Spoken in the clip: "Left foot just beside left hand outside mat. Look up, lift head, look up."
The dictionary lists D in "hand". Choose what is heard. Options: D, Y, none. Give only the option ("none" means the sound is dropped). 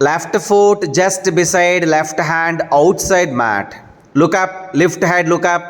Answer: D